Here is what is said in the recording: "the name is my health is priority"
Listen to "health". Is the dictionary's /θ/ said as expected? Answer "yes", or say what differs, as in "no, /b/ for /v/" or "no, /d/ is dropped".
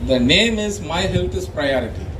no, /t/ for /θ/